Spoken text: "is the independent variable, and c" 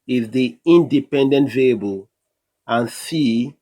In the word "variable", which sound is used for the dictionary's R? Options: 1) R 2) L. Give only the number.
2